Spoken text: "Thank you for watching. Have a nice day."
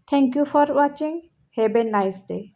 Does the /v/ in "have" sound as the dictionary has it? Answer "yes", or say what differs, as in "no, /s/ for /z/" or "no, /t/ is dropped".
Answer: no, /b/ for /v/